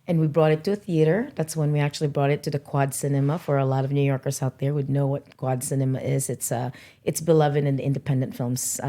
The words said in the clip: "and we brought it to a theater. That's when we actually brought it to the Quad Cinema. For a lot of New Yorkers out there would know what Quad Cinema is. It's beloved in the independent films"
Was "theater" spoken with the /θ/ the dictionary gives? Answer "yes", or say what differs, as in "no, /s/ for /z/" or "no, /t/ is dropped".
yes